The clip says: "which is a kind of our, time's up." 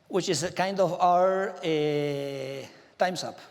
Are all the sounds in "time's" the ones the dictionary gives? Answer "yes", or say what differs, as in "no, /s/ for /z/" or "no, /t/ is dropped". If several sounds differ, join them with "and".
no, /s/ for /z/